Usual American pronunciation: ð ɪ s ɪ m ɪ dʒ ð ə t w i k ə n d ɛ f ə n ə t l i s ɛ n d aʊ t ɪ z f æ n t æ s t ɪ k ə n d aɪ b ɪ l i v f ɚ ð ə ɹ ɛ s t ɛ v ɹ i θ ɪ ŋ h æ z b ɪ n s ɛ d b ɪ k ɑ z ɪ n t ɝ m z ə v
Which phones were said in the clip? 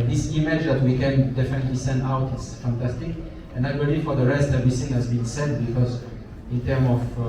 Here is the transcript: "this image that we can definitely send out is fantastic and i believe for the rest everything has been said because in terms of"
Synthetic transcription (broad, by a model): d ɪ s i m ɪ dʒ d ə t w i k ə n d ɛ f ə n ə t l i s ɛ n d aʊ t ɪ s f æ n t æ s t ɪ k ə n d aɪ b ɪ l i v f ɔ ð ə ɹ ɛ s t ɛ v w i s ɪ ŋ h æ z b ɪ n s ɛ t b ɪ k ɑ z ɪ n t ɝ m ə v